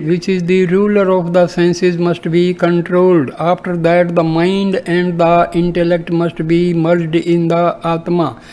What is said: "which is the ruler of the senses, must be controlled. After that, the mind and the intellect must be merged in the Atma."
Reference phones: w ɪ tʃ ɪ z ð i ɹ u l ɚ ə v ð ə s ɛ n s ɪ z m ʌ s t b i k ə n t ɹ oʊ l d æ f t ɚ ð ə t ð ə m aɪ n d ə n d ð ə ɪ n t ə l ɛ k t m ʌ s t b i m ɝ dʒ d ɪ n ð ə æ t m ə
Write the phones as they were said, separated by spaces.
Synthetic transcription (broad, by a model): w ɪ tʃ ɪ z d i ɹ u l ɚ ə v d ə s ɛ n s ɪ z m ʌ s t b i k ə n t ɹ oʊ l d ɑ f t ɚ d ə t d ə m aɪ n d ə n d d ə ɪ n t ə l ɛ k t m ʌ s t b i m ɝ dʒ d ɪ n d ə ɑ t m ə